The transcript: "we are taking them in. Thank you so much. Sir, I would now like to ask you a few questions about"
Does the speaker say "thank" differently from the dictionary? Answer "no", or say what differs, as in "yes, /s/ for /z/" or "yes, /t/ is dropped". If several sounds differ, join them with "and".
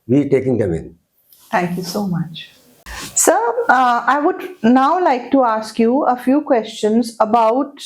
yes, /t/ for /θ/